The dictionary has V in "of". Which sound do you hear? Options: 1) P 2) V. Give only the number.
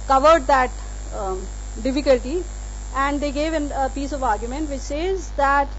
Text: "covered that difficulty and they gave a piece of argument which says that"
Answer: 2